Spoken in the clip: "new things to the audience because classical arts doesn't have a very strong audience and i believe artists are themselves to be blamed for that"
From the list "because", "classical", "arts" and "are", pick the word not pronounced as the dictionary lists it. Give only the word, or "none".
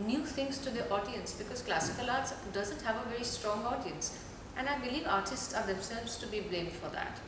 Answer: none